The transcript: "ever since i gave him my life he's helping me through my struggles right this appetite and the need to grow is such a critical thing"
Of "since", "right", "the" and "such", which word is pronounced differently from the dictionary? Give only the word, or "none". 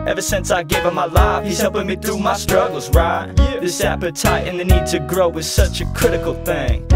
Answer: none